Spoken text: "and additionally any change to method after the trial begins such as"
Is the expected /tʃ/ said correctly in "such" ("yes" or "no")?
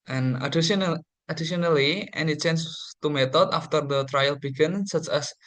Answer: yes